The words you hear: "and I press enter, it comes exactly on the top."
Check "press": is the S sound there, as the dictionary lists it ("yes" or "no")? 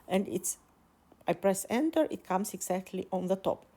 yes